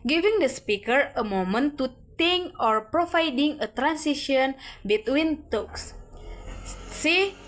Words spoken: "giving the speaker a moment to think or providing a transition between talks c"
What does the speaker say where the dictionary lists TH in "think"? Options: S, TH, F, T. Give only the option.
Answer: T